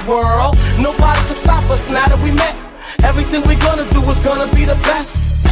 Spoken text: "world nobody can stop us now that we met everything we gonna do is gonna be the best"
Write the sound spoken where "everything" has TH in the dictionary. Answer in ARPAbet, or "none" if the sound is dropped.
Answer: TH